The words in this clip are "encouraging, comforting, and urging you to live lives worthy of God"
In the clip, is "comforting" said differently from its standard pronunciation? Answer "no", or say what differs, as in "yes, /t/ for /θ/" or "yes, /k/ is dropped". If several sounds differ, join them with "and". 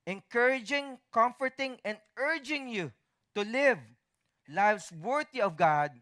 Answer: no